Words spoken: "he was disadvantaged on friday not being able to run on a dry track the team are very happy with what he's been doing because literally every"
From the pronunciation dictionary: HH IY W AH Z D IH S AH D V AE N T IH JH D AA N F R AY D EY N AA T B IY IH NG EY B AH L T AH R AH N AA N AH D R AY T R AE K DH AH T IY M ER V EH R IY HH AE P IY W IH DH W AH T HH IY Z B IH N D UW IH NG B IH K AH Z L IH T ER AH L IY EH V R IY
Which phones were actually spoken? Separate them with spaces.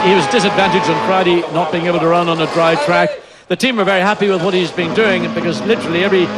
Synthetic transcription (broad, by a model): HH IY W AH Z D IH S AH D V AE N T IH JH D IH N F R AY D EY N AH T B IY IH NG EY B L T AH R AH N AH N AH D R AY T R AE K DH AH T IY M ER V EH R IY HH AE P IY W IH DH W AH T HH IY Z B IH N D UW IH NG B IH K AH Z L IH T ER L IY EH V R IY